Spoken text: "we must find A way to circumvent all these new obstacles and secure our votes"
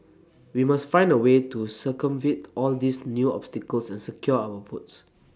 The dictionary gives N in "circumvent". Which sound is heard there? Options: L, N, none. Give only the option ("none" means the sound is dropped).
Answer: none